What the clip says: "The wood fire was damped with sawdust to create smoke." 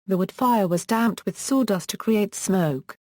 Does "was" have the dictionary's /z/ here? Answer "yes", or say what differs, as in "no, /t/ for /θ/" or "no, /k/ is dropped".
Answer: yes